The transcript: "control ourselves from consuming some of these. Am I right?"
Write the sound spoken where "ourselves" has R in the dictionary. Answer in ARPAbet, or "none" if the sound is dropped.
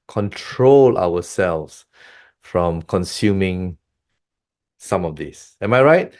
W